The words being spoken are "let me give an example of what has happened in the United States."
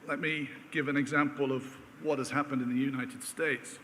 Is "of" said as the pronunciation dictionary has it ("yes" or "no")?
yes